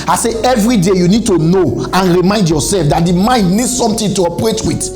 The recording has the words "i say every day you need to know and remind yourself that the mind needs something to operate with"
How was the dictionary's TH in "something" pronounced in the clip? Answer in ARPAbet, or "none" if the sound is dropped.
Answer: T